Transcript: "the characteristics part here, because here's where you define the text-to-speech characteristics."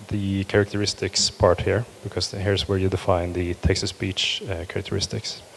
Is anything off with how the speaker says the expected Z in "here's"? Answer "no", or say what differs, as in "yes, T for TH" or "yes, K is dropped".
yes, S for Z